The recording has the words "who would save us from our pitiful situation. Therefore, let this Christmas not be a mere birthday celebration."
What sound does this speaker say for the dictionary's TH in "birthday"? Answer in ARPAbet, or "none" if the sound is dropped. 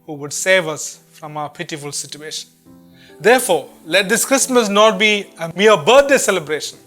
T